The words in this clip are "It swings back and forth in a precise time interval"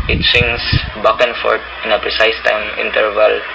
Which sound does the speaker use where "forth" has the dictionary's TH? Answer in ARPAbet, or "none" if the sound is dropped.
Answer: T